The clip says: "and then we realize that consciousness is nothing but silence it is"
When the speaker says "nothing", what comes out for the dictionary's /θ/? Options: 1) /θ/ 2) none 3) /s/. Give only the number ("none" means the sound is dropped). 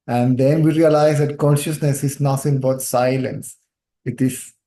3